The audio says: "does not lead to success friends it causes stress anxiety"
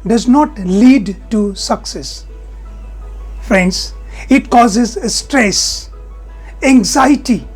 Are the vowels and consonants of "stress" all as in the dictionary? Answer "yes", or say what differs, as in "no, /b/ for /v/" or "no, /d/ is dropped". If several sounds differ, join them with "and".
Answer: yes